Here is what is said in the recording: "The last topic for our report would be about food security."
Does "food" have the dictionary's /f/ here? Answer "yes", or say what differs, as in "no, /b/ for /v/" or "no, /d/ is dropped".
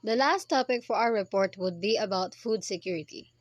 yes